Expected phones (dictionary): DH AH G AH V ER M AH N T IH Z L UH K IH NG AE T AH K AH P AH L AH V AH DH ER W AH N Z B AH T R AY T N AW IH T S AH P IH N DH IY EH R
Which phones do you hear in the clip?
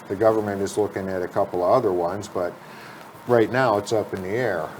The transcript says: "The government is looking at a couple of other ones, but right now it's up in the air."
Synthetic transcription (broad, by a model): DH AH G AH V ER M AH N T IH Z L UH K IH NG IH T AH K AH P L AH V AH DH ER W AH N Z B AH T R AY T N AW IH T S AH P IH N DH IY EH R